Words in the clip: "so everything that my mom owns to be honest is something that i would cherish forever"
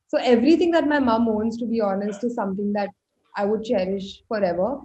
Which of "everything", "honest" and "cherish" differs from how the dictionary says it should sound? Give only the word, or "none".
everything